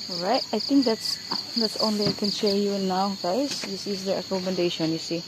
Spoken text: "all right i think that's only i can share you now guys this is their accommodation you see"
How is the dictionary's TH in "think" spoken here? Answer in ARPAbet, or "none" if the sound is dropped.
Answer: T